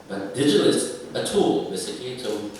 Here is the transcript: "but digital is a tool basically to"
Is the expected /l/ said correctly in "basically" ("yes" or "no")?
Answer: no